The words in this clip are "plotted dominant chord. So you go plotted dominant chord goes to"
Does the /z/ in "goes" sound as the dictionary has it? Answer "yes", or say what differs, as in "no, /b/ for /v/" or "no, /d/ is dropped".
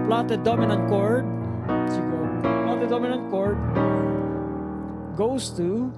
no, /s/ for /z/